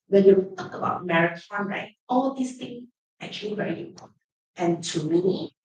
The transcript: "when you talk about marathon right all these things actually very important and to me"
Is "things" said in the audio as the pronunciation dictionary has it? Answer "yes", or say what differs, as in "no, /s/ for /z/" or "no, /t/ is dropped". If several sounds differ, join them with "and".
no, /z/ is dropped